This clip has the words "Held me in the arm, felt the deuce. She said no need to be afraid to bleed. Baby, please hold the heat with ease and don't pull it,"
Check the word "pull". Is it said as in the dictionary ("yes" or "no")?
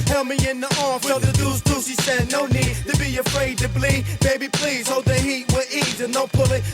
yes